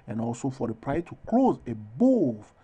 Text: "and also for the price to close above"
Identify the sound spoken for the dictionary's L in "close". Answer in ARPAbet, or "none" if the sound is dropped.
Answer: L